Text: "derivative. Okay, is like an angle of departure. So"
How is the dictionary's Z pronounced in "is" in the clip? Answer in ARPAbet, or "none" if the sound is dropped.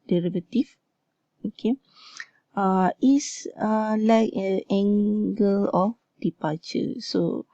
S